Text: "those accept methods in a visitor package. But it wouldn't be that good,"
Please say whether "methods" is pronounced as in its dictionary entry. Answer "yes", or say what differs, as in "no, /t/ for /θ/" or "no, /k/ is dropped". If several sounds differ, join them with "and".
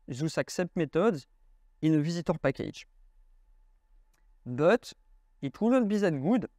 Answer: no, /t/ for /θ/